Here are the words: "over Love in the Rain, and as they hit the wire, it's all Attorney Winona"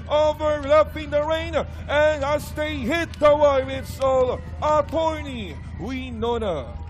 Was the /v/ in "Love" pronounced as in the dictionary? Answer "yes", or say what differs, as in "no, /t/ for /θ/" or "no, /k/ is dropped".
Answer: no, /p/ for /v/